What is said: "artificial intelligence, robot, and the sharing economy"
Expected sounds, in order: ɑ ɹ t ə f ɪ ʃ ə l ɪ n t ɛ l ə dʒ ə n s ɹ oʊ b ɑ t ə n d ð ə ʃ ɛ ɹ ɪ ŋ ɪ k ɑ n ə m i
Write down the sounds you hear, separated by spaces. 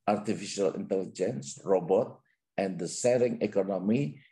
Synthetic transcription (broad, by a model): ɑ ɹ t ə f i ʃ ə l ɪ n t ɛ l ə dʒ ə n s ɹ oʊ b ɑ t ə n d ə s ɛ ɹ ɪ ŋ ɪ k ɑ n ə m i